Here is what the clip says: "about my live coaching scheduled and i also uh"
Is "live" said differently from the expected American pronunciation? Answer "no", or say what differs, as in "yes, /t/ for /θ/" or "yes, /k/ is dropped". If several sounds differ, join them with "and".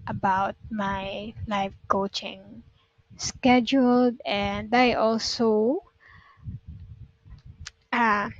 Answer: yes, /f/ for /v/